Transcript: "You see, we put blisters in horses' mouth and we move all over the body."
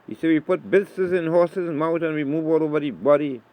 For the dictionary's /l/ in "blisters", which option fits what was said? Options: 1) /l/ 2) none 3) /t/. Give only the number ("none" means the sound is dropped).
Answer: 2